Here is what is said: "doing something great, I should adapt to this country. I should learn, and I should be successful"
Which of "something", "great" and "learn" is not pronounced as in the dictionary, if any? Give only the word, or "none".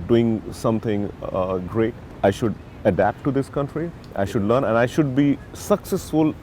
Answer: something